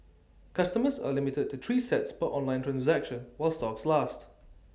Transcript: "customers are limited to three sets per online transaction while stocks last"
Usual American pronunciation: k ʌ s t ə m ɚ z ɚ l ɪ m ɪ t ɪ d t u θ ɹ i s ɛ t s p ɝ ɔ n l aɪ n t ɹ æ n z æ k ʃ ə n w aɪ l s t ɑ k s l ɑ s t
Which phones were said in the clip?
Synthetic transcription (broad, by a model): k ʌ s t ə m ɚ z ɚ l ɪ m ɪ t ɪ d t u t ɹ i s ɛ t s b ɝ ɔ n l aɪ n t ɹ æ n z æ k ʃ ə n w aɪ l s t ɑ k s l ɑ s t